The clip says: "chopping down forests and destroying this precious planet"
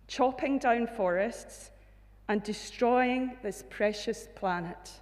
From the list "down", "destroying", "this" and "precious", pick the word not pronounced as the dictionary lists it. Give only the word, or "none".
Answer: none